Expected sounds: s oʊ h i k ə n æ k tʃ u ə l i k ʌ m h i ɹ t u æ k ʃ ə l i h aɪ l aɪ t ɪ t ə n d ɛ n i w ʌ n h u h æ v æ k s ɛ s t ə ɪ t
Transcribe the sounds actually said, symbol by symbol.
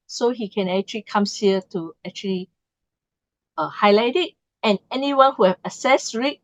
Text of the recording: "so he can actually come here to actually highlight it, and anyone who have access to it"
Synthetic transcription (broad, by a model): s oʊ h i k ə n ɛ k tʃ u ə l i k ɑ m h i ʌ t u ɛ k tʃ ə l i h aɪ l aɪ t ɪ t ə n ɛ n i w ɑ n h u h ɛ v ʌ s ɛ s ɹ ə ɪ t